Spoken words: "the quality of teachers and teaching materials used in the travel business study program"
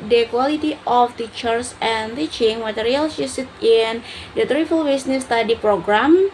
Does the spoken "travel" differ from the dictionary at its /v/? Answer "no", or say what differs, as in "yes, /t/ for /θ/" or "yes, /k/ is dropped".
yes, /f/ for /v/